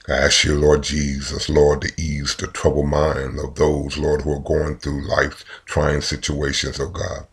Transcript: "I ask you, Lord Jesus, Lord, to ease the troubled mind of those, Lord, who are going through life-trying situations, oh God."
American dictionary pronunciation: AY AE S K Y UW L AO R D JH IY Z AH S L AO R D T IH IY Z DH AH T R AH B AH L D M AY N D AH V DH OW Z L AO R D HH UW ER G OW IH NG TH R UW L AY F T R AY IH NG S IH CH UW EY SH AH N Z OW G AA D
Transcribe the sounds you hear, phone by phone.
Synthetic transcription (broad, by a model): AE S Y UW L AO R D JH IY Z AH S L AO R D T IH IY Z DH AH T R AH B L M AY N D AH V DH OW Z L AO R D HH UW ER G OW IH NG TH R UW L AY F T R AY IH NG S IH CH UW EY SH AH N Z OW G AA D